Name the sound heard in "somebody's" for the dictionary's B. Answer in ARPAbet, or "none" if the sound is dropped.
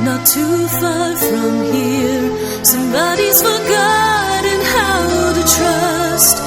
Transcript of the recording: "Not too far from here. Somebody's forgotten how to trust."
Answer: B